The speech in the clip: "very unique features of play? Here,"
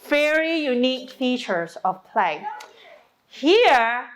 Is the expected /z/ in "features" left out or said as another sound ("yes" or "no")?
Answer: yes